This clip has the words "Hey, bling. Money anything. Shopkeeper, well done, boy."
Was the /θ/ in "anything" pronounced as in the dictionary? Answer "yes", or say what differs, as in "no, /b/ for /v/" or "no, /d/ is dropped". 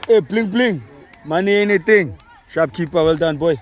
no, /t/ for /θ/